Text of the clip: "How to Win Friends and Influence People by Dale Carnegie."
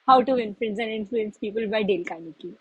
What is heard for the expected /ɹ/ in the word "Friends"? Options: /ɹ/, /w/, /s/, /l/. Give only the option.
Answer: /l/